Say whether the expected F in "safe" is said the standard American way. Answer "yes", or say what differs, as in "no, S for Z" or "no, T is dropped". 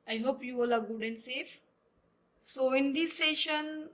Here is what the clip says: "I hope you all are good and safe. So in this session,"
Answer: yes